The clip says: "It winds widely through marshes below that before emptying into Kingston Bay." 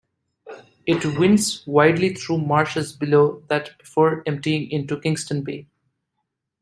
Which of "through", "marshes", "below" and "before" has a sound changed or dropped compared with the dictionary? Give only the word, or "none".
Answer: through